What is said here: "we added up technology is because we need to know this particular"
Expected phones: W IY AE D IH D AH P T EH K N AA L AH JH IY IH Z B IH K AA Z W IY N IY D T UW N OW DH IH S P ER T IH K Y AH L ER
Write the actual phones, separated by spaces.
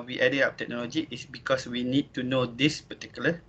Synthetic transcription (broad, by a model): W IY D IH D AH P T EH K N AA L AH JH IY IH S B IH K AA S W IY N IY D T UW N OW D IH S P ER T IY K Y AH L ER